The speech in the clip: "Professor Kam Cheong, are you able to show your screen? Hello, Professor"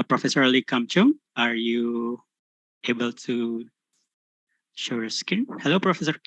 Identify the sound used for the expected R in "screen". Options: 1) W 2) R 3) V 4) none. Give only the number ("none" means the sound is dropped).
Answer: 4